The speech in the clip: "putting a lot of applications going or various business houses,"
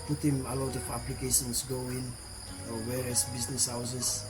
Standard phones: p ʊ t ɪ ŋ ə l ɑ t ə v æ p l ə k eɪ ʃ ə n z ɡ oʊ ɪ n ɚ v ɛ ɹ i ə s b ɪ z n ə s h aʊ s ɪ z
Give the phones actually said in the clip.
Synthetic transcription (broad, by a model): p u t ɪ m ə l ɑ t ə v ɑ p l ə k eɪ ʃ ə n s ɡ oʊ ɪ n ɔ w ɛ ɹ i s b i s n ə s h aʊ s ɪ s